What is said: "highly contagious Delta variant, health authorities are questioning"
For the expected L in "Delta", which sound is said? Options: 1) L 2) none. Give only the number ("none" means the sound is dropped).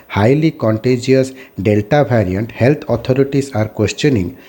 1